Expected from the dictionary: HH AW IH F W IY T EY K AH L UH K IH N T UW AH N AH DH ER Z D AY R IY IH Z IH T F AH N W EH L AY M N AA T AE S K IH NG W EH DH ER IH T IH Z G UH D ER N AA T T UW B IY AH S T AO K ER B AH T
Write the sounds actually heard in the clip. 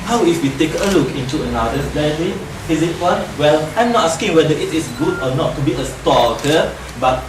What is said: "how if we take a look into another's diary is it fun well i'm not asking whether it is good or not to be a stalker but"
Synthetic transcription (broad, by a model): HH AW IH F W IY T EY K AH L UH K IH N T UW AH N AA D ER D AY L IY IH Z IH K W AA N W EH L AY M N AA T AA S K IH NG W EH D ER IH T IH S G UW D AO N AA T T UW B IY AH S T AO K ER B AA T